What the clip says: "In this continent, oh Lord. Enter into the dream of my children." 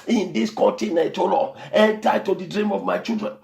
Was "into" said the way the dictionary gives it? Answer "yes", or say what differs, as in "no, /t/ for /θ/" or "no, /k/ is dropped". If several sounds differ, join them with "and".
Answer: no, /n/ is dropped